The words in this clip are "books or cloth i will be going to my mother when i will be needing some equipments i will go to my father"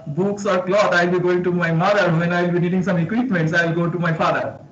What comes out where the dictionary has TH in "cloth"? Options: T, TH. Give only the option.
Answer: T